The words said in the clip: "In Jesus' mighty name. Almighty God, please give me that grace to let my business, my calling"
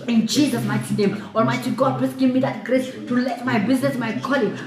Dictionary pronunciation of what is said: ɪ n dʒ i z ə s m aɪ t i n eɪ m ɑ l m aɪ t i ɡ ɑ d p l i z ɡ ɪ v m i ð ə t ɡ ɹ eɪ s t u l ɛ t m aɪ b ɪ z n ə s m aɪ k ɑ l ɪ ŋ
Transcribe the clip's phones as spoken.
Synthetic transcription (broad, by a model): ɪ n tʃ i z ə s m aɪ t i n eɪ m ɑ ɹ m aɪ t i ɡ ɑ d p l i s ɡ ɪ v m i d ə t ɡ ɹ eɪ s t u l ɛ t m aɪ b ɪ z n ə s m aɪ k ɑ l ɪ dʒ